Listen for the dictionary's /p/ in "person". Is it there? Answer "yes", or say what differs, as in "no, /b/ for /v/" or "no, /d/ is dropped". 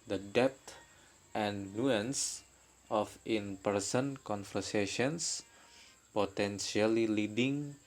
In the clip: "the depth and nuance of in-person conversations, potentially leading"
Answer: yes